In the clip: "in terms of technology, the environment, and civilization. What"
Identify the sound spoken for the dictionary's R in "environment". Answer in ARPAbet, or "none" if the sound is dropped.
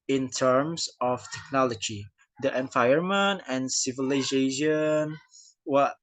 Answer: none